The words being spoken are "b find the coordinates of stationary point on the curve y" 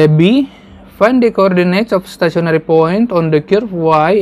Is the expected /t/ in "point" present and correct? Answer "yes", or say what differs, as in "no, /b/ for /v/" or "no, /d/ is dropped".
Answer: yes